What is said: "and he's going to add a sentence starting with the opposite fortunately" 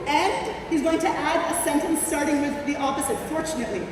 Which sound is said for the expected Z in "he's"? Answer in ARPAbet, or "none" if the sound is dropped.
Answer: Z